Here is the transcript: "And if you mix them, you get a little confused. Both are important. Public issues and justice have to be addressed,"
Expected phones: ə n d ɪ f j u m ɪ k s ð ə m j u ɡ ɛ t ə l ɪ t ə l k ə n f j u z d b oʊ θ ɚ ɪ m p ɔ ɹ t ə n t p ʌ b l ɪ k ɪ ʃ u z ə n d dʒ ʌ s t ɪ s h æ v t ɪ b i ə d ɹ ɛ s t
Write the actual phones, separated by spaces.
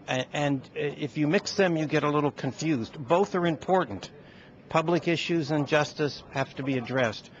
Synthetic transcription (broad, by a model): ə n ɪ f j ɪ m ɪ k s ð ə m j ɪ ɡ ɛ t ə l ɪ t l k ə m f j u z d b oʊ θ ɚ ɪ m p ɔ ɹ t n t p ʌ b l ɪ k ɪ ʃ u z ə n dʒ ʌ s t ɪ s h æ f t ɪ b i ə d ɹ ɛ s t